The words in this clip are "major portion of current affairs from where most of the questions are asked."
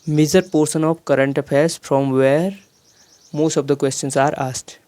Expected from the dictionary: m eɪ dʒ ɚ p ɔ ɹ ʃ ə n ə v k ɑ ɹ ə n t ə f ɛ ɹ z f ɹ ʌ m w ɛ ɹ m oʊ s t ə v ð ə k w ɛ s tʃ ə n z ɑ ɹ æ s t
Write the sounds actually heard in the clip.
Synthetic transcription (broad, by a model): m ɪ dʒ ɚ p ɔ ɹ s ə n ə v k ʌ ɹ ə n t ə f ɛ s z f ɹ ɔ m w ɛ ɹ m oʊ s t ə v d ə k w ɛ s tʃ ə n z ɑ ɹ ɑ s t